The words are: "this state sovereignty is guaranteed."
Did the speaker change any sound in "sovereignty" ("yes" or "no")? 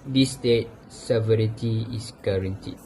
yes